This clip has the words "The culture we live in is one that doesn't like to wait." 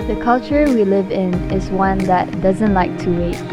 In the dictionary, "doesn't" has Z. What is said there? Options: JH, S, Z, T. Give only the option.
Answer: Z